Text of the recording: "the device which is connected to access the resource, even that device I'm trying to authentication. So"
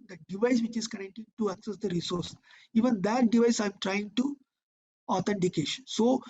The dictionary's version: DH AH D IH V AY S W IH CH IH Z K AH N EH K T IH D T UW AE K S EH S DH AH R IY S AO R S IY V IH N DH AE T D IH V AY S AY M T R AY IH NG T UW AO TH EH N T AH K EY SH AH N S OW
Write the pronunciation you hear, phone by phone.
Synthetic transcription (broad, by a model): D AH D IH V AY S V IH CH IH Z K AH N EH K T IH D T UW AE K S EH S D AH R IY S AO R S IY V IH N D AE T D IH V AY S AY M T R AY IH NG T UW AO T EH N T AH K EY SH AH N S OW